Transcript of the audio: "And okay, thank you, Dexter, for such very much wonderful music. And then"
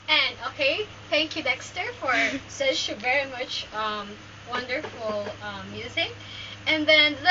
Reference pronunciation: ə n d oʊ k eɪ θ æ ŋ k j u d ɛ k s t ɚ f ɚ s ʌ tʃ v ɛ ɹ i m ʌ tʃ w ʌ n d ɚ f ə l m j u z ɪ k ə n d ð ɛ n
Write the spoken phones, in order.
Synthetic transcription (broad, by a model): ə n oʊ k eɪ θ æ ŋ k j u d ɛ k s t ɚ f ɚ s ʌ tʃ v ɛ ɹ i m ʌ tʃ w ʌ n d ɚ f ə m j u z ɪ k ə n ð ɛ n